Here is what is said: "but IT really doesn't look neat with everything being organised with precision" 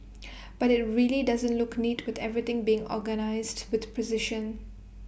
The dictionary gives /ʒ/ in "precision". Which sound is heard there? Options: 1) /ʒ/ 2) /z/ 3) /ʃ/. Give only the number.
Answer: 3